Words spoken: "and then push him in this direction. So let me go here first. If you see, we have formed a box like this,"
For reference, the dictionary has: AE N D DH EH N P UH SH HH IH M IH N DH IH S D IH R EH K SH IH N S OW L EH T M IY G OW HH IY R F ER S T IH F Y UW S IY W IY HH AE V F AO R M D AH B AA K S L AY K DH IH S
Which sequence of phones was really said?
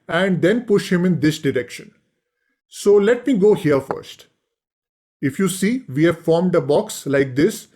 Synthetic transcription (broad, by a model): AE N D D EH N P UH SH HH IH M IH N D IH S D IH R EH K SH IH N S OW L EH T M IY G OW HH IY R F ER S T IH F Y UW S IY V IY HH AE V F AO R M D AH B AA K S L AY K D IH S